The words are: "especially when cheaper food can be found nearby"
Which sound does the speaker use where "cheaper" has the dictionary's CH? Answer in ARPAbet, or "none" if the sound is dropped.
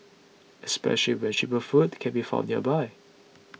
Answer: SH